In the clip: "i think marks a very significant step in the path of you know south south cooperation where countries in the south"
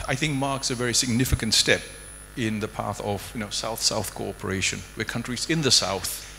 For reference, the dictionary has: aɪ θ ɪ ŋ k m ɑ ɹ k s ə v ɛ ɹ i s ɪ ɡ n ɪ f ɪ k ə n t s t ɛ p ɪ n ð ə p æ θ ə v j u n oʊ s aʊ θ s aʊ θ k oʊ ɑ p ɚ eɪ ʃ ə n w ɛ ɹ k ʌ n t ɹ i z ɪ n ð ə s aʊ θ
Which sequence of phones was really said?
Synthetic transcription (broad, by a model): aɪ θ ɪ ŋ k m ɑ ɹ k s ə v ɛ ɹ i s ɪ ɡ n ɪ f ɪ k ə n t s t ɛ p ɪ n ð ə p æ θ ə v j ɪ n oʊ s aʊ θ s aʊ θ k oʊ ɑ p ɚ eɪ ʃ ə n w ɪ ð k ʌ n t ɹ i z ɪ n ð ə s aʊ θ